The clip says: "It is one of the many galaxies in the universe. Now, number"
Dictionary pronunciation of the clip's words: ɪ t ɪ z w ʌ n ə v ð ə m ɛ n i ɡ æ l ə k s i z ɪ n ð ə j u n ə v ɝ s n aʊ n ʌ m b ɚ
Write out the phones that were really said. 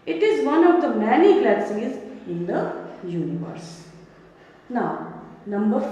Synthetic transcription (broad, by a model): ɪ t ɪ z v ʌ n ə v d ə m ɛ n i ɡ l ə s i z ɪ n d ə j u n ə v ɝ s n aʊ n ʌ m b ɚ